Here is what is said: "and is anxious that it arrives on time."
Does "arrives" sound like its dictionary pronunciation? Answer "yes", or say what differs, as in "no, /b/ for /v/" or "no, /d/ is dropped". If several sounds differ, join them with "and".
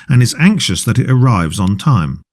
yes